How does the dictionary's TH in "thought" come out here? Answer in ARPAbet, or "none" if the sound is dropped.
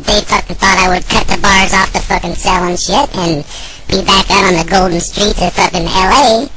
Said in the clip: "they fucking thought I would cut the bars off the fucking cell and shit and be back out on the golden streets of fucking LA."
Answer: TH